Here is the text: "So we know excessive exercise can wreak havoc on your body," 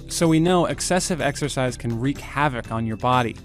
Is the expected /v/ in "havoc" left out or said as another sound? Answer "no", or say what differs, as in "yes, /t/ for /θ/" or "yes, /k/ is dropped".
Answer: no